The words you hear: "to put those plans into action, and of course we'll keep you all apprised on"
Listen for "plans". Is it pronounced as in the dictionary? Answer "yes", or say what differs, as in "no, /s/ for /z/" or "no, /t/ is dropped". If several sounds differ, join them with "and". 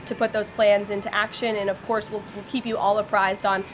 yes